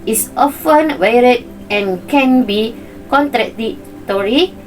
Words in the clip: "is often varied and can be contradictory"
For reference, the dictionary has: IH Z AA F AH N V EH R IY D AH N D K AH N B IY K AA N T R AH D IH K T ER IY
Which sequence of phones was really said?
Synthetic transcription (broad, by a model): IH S AA F AH N W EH R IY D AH N K AH N B IY K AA N T R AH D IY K T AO IY